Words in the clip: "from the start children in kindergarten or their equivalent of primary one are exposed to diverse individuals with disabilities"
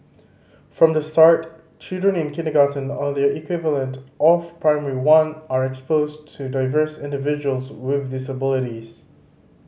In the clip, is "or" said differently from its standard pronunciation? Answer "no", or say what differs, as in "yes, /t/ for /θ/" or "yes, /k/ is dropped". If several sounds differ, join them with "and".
yes, /l/ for /ɹ/